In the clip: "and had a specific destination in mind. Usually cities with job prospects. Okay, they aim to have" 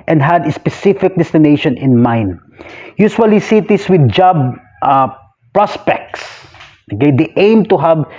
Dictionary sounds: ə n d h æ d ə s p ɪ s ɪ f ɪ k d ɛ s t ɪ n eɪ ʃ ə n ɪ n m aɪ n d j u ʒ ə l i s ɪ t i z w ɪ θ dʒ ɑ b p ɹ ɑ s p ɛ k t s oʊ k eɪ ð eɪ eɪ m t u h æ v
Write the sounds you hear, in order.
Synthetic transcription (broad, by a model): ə n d h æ d ə s p ɪ s ɪ f ɪ k d ɛ s t ɪ n eɪ ʃ ə n ɪ n m aɪ n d j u s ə l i s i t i s w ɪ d dʒ ɑ b p ɹ ɑ s p ɛ k t s oʊ k eɪ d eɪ eɪ m t u h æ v